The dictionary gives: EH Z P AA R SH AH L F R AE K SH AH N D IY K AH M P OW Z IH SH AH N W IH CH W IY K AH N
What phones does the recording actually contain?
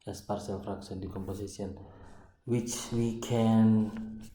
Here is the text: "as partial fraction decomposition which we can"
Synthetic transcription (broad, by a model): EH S P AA R S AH L F R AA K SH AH N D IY K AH M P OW S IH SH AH N W IH CH W IY K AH N